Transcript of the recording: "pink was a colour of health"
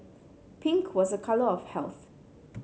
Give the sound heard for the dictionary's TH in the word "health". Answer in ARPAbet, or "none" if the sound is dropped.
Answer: TH